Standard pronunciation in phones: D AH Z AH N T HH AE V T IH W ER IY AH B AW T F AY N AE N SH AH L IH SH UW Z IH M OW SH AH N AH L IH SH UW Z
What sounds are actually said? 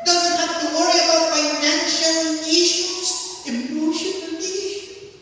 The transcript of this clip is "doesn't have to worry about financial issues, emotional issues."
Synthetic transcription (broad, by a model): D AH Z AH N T HH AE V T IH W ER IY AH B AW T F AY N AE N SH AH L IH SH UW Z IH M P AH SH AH N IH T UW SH